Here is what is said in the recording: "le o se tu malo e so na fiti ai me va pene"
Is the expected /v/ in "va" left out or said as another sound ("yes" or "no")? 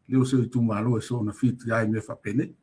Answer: yes